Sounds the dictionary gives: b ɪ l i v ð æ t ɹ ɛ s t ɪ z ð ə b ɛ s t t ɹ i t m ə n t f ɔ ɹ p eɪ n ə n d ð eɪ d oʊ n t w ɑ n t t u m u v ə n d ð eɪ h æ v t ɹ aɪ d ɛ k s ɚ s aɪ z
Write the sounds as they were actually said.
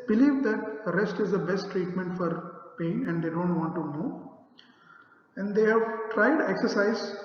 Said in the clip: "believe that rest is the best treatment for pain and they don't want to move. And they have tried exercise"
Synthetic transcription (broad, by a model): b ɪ l i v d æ t ɹ ɛ s t ɪ z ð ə b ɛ s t t ɹ i t m ə n t f ɔ ɹ p eɪ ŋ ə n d eɪ d oʊ n t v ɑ n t t u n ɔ ə n d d eɪ h æ v t ɹ aɪ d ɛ k s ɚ s aɪ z